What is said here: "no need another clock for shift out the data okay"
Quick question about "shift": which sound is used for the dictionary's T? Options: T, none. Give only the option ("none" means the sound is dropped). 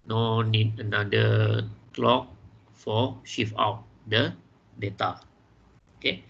none